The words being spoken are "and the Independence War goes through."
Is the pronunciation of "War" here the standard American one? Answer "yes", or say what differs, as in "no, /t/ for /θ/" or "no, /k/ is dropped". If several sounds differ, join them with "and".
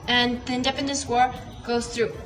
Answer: yes